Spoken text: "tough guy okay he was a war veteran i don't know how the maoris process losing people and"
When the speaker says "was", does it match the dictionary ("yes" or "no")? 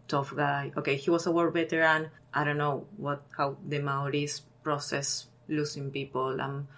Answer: no